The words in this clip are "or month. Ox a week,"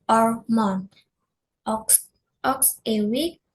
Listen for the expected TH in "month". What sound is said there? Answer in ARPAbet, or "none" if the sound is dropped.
S